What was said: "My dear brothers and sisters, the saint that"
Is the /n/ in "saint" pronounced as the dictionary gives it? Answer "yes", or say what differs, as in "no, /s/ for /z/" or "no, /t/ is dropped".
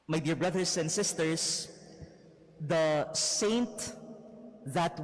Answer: yes